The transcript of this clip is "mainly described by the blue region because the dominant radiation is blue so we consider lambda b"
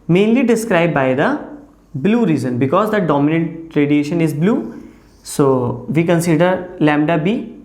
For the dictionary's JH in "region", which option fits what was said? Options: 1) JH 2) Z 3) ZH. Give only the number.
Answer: 2